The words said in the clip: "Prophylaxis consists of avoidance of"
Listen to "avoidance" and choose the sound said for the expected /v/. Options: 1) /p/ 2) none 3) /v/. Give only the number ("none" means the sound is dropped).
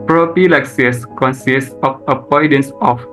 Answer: 1